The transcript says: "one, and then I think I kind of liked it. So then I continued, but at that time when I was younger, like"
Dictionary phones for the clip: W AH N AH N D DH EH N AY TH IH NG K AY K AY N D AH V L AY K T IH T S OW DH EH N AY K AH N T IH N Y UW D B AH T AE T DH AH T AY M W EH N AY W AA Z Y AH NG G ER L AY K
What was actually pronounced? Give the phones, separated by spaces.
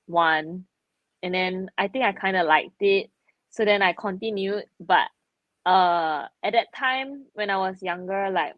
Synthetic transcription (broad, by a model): W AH N AH N D EH N AY T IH NG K AY K AY N D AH L AY K T IH T S OW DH EH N AY K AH N T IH N Y UW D B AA T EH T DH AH T AY M W EH N AY W AA S Y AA NG G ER L AY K